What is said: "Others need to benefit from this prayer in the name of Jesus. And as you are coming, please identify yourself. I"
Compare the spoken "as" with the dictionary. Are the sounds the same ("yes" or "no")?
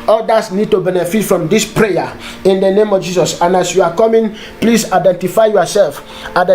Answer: no